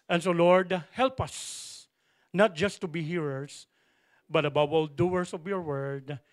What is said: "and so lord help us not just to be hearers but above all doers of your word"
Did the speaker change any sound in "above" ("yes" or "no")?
yes